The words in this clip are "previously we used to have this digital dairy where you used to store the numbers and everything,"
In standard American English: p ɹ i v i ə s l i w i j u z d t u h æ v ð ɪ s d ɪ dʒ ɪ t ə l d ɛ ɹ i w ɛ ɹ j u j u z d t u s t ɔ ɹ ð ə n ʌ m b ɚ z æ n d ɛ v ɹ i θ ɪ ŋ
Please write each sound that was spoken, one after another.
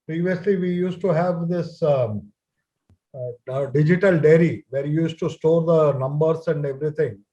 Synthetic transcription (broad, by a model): p ɹ i v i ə s l i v i j u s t t u h æ v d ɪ s d ɪ dʒ ɪ t ə l d ɛ ɹ i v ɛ ɹ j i j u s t t u s t ɔ ɹ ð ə n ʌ m b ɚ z æ n d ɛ v ɹ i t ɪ ŋ